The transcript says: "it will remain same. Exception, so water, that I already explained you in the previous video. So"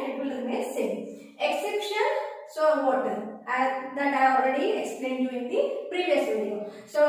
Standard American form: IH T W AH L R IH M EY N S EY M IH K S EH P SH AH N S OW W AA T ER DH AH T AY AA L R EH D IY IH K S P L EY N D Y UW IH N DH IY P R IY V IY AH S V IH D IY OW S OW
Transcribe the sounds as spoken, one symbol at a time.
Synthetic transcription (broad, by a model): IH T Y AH L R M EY L S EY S IH K S EH P SH AH N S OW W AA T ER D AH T AY AA L R EH D IY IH K S P L EY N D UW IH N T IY P R IY V IY AH S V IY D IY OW S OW